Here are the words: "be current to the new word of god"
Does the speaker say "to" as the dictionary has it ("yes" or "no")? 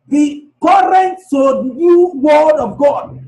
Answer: no